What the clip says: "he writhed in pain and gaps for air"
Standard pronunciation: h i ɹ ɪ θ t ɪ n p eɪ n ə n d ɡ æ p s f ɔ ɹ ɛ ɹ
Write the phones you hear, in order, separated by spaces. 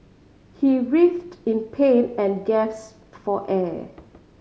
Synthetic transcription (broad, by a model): h i ɹ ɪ f t ɪ n p eɪ n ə n ɡ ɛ s f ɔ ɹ ɛ